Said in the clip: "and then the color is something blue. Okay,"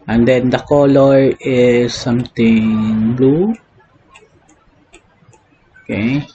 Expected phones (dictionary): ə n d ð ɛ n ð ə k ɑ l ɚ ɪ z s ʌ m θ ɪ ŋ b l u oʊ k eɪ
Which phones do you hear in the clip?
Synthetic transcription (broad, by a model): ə n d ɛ n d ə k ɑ l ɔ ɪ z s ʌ m t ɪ ŋ b l u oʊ k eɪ